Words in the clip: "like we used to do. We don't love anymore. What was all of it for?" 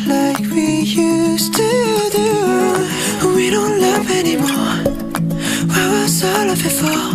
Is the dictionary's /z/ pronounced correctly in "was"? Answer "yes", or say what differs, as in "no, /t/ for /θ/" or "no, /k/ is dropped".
no, /s/ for /z/